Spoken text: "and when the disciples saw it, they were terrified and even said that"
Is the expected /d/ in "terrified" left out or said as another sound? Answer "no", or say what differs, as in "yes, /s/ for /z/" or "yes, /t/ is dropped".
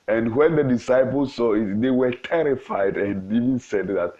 no